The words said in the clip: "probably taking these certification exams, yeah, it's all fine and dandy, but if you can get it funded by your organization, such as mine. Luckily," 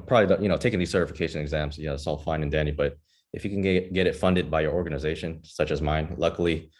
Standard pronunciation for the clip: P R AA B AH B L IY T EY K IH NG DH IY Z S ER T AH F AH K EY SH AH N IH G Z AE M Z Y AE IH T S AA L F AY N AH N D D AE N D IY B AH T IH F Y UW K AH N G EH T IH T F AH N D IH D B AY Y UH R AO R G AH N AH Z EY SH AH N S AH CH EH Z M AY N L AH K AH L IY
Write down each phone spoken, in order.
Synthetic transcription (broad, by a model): P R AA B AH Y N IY T EY K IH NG DH IY Z S ER T AH F AH K EY SH AH N IH G Z AE M Z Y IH IH T S AA L F AY N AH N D D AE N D IY B AH T IH F Y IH K N G EH T IH T F AH N D IH D B AY Y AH R AO R G AH N AH Z EY SH AH N S AH CH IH Z M AY N L AH K L IY